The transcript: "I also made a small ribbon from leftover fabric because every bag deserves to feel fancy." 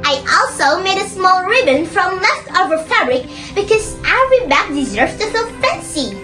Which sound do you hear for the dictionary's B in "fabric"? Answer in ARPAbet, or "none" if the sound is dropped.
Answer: B